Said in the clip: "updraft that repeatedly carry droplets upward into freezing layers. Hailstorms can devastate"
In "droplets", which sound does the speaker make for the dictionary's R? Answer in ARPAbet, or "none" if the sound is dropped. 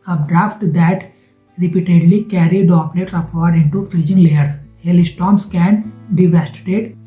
none